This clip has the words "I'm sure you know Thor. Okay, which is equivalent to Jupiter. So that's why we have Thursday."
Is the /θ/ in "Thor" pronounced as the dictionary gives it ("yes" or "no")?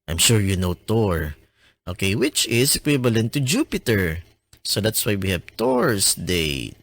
no